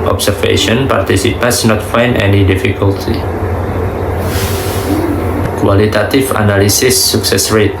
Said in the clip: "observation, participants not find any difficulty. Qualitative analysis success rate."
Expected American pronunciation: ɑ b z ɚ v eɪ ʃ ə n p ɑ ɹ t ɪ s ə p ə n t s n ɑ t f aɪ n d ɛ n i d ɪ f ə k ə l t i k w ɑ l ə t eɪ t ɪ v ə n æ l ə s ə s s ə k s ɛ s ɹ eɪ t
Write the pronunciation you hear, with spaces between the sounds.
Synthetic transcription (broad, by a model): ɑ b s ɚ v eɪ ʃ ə n p ɑ ɹ t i s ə p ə n s n ɑ t f aɪ n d ɛ n i d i f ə k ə l t i k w ɑ l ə t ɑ t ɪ f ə n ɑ l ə s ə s s ə k s ɛ s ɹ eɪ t